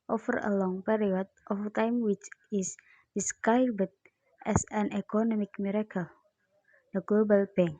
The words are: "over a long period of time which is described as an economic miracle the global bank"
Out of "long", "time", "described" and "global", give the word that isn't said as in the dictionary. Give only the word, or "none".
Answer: described